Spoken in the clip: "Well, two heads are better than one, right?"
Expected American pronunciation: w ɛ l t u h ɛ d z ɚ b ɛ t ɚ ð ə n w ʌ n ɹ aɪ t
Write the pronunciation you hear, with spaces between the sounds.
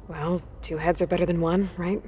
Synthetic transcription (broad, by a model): w ɛ l t u h ɛ d z ɚ b ɛ t ɚ ð ə n w ʌ n ɹ aɪ t